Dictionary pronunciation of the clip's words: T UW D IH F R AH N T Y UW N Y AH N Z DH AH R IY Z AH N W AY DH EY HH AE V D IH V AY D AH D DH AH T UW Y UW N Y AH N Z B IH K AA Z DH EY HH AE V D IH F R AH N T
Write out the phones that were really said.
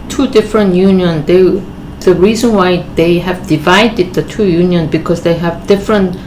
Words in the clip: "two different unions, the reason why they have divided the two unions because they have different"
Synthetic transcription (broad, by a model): T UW D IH F R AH N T Y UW N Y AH N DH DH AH R IY Z AH N W AY DH EY HH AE V D IH V AY D AH D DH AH T UW Y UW N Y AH N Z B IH K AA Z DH EY HH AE V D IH F R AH N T